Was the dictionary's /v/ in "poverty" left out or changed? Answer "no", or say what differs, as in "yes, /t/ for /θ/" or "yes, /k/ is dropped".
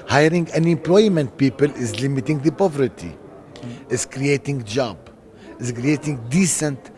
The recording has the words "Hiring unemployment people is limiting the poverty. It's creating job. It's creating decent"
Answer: no